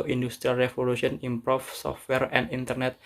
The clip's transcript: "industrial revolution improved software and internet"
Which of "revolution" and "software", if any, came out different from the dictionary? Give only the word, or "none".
revolution